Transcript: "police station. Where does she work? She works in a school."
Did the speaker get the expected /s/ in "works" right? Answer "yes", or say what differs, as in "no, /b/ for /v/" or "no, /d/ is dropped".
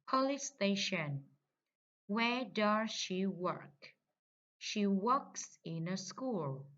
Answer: yes